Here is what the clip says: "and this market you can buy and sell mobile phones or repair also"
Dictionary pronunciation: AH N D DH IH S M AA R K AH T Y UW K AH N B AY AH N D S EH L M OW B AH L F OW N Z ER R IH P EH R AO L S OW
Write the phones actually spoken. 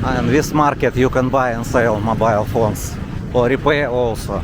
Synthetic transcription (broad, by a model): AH N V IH S M AA R K AH T Y UW K AH N B AY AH N S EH L M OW B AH L F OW N S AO R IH P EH AO L S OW